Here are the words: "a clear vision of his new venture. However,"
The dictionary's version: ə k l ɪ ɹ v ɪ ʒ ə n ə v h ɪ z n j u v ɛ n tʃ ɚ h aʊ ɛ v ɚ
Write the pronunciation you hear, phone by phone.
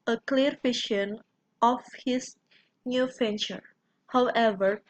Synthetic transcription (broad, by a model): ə k l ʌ ɹ f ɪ ʃ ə n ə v h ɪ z n j u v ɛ n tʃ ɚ h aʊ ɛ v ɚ